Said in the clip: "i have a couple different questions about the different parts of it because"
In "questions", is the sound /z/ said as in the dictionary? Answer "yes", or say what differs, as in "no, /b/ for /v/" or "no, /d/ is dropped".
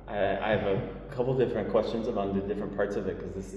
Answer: yes